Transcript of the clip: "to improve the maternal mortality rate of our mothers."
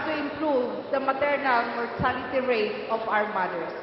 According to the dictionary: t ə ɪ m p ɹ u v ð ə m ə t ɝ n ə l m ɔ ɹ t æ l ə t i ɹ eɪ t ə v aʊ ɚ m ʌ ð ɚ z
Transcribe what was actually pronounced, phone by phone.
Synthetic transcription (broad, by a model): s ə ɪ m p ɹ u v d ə m ə t ɝ n ə l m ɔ ɹ s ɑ n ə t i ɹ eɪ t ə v aʊ ɚ m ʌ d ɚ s